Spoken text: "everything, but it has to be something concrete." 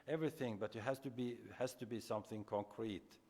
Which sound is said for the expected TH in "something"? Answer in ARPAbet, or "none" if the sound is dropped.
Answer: TH